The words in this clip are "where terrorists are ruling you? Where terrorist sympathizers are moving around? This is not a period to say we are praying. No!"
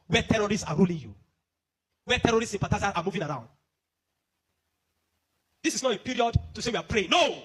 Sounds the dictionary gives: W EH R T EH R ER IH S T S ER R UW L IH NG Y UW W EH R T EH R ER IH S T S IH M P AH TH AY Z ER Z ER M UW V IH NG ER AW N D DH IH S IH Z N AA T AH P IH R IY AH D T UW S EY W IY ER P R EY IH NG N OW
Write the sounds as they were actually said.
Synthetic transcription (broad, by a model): W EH T EH R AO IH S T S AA R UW L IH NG Y UW W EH T EH R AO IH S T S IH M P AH T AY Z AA AA M UW V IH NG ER AW N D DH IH S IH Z N AA T AH P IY R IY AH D T UW S EY W IY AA P R EY IH NG N OW